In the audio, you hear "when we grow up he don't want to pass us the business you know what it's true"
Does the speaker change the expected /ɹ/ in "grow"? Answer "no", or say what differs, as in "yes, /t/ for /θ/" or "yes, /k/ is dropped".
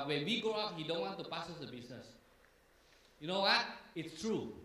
yes, /ɹ/ is dropped